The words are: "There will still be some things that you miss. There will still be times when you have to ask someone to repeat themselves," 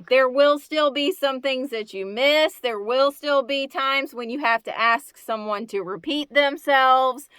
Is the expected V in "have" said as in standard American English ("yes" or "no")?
no